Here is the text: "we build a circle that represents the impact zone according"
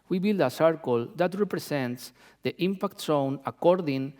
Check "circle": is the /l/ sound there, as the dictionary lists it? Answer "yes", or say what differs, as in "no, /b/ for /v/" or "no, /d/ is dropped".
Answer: yes